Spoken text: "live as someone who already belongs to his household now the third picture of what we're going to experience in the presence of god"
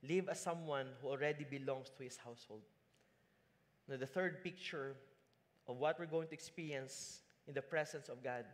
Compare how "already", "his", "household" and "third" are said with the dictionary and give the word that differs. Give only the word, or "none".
his